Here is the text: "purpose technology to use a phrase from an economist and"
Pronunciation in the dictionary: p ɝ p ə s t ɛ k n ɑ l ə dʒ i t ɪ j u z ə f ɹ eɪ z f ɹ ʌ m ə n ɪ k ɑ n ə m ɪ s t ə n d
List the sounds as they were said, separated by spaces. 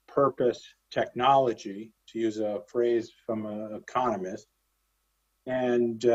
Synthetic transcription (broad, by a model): p ɝ p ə s t ɛ k n ɑ l ə dʒ i t ɪ j u z ə f ɹ eɪ z f ɹ ʌ m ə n ɪ k ɑ n ə m ɪ s t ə n